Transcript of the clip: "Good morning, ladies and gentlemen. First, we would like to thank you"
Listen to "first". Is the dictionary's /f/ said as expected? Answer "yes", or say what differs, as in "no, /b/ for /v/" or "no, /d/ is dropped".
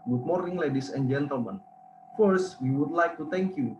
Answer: yes